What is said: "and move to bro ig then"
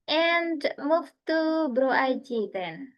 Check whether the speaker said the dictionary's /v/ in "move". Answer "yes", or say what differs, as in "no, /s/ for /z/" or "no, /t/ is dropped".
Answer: no, /f/ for /v/